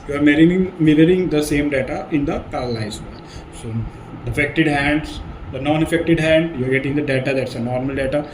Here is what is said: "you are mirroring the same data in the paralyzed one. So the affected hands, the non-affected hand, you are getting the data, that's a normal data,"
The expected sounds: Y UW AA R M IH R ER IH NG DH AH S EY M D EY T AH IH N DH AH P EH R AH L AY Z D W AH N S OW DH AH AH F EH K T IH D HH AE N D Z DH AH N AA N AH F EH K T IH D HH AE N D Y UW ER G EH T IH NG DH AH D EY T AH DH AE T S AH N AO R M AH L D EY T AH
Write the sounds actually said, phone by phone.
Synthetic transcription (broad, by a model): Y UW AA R M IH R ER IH NG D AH S EY M D EY T AH IH N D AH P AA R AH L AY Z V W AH L S OW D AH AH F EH K T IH D HH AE N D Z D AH N AA N AH F EH K T IH D HH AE N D Y UW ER G EH T IH NG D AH D EY T AH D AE T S AH N AO R M AH L D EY T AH